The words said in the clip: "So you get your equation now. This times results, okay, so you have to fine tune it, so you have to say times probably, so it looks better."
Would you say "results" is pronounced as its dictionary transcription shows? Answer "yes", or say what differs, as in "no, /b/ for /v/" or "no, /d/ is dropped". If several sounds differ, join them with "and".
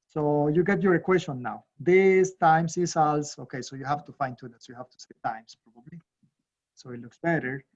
no, /s/ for /z/